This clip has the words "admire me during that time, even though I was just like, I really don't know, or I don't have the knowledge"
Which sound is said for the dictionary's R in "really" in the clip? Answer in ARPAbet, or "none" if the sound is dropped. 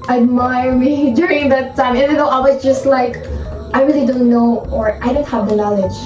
R